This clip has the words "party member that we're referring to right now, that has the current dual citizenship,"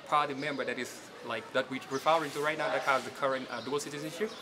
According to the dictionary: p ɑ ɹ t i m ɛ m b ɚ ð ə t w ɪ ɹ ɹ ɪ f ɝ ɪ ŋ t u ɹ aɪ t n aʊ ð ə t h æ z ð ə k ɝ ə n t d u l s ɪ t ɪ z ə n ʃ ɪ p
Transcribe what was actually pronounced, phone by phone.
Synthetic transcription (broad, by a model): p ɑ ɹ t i m ɛ m b ɚ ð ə t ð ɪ w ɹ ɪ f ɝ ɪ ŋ t u ɹ aɪ t n aʊ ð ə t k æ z ð ə k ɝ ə n t d u l s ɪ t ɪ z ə n ʃ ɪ p